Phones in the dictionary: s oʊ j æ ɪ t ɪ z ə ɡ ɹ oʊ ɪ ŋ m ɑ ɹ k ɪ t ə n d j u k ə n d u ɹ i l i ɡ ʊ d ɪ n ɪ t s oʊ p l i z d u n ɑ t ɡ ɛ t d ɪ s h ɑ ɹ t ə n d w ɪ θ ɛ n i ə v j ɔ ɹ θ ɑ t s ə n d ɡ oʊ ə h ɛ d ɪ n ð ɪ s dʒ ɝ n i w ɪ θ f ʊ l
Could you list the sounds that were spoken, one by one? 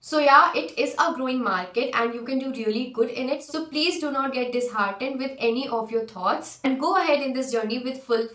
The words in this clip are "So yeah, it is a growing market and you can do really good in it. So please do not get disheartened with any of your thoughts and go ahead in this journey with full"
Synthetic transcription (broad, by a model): s oʊ j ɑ ɪ t ɪ z ə ɡ ɹ oʊ ɪ ŋ m ɑ ɹ k ɪ t ə n d j u k ə n d u ɹ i l i ɡ ʊ d ɪ n ɪ t s oʊ p l i z d u n ɑ t ɡ ɛ t d ɪ s h ɑ ɹ t ə n d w ɪ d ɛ n i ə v j ɔ ɹ t ɑ t s ə n d ɡ oʊ ə h ɛ d ɪ n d ɪ s dʒ ɝ n i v ɪ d f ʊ l